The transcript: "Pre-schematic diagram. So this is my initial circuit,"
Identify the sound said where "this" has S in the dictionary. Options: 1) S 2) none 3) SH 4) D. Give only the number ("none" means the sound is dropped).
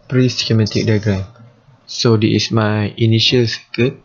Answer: 2